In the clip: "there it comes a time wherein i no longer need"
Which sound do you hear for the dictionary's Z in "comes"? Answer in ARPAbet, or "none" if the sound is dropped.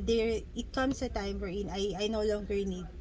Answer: S